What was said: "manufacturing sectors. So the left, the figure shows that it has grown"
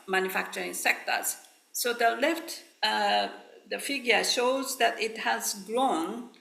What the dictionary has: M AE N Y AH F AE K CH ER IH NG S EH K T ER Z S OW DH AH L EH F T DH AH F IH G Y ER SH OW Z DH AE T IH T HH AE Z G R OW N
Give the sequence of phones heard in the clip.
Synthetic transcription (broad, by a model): M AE N Y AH F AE K CH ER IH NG S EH K T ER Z S OW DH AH L EH F T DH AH F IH G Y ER SH OW Z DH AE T IH T HH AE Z G R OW N